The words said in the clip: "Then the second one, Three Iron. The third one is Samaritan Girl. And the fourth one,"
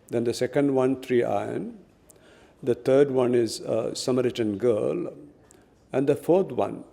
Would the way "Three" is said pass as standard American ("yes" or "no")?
no